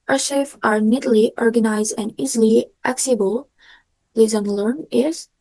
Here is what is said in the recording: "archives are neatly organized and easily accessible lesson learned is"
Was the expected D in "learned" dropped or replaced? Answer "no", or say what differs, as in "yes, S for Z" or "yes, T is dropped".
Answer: yes, D is dropped